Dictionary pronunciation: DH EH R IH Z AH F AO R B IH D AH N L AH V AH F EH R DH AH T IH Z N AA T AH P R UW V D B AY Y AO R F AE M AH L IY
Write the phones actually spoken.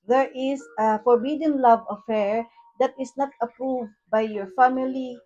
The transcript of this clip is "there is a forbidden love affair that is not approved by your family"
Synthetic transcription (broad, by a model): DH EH R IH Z AH F AO R B IH D AH N L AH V AH F EH R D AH T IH S N AA T AH P R UW V D B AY Y AO R F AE M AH L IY